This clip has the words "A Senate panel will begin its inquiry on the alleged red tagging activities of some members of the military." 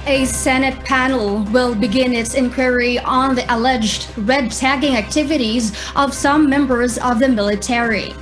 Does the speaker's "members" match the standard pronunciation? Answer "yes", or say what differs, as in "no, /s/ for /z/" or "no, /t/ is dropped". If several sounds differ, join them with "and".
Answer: yes